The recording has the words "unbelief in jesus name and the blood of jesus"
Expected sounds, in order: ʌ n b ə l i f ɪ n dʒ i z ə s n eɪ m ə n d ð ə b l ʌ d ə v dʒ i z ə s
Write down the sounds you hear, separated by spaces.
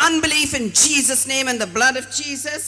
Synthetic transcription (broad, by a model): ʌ n b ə l i f ɪ n dʒ i z ə s n eɪ m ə n ð ə b l ʌ d ə v dʒ i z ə s